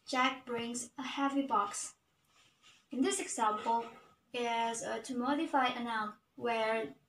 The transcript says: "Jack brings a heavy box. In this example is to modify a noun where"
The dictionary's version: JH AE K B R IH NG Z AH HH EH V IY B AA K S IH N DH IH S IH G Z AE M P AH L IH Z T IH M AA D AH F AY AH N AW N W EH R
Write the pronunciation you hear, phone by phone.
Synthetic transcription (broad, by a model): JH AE K B R IH NG Z AH HH EH V IY B AA K S IH N DH IH S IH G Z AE M P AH L IH Z T IH M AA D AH F AY AH N AW N W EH R